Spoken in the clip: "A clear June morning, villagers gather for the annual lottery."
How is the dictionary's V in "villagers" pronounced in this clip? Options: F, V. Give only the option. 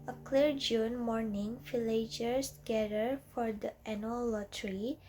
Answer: F